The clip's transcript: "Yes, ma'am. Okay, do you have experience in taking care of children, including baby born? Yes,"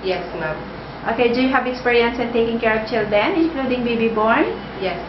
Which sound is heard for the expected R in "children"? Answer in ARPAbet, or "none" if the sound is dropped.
none